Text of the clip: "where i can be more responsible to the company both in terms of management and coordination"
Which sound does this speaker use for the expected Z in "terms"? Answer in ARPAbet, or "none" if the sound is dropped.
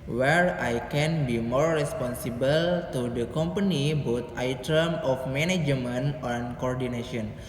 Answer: none